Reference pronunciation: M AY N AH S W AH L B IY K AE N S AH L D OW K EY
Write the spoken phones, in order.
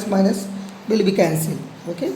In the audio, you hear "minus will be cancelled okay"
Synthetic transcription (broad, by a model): M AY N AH S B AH L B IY K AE N S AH L OW K EY